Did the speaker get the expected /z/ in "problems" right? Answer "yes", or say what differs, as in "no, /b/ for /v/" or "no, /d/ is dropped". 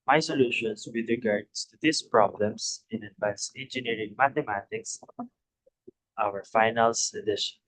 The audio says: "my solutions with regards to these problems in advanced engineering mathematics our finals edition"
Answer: no, /s/ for /z/